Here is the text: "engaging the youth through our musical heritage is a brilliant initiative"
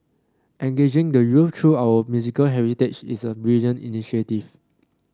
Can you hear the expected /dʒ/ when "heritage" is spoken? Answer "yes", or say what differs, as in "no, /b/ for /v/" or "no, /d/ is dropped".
no, /tʃ/ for /dʒ/